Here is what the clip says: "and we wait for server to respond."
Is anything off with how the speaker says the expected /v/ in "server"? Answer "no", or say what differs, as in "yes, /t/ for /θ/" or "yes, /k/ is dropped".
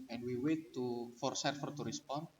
yes, /f/ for /v/